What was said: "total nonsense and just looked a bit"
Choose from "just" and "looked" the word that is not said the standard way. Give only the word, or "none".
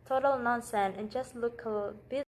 looked